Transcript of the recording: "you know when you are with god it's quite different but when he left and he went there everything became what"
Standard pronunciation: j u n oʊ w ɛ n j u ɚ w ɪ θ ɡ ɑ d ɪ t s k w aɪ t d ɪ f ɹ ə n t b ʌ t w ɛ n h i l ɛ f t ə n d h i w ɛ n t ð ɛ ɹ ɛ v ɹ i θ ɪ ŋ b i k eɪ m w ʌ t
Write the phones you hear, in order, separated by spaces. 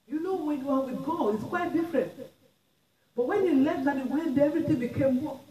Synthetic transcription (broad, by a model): j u n oʊ w ɛ n j u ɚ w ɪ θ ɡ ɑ ɪ t s k w aɪ t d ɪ f ɹ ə n t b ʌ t w ɛ n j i l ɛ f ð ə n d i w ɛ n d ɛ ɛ v ɹ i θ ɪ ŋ b i k eɪ m